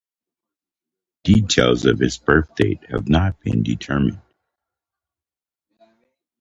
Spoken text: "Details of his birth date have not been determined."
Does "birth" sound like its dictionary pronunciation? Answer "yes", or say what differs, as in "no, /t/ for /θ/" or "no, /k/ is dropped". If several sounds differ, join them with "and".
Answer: yes